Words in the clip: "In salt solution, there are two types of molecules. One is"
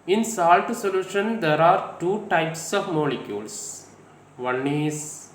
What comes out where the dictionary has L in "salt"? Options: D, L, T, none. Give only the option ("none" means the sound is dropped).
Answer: L